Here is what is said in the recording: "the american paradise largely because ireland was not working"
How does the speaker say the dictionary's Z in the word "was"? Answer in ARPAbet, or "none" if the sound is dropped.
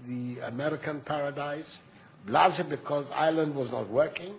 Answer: Z